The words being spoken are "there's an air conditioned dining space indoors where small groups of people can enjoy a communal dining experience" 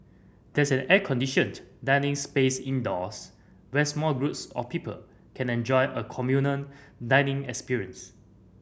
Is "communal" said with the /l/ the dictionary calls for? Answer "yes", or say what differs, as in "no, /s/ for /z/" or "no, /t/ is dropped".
no, /n/ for /l/